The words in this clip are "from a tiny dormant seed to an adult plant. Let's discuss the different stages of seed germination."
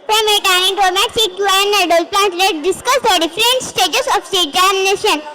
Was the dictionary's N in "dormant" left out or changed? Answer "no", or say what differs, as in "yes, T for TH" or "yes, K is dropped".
yes, N is dropped